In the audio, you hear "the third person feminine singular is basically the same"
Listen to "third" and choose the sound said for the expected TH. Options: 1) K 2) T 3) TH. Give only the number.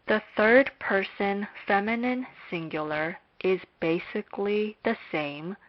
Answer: 3